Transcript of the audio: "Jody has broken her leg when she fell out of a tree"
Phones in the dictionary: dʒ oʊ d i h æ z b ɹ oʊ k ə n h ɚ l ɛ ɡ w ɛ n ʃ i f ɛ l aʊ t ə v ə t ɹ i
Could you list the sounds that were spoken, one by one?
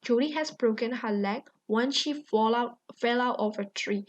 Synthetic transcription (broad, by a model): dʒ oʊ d i h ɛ s b ɹ oʊ k ə n h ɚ l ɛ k w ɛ n ʃ i f ɛ l aʊ t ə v ə t ɹ i